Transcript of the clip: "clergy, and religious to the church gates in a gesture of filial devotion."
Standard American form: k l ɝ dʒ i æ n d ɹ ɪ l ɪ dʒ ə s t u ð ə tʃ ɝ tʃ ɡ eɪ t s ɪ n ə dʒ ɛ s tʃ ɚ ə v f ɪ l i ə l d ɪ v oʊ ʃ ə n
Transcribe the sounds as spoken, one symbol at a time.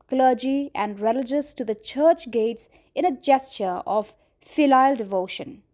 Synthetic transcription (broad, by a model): k l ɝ dʒ i æ n d ɹ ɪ l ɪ dʒ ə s t u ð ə tʃ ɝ tʃ ɡ eɪ t s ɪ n ə dʒ ɛ s tʃ ɚ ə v f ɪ l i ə l d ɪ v oʊ ʃ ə n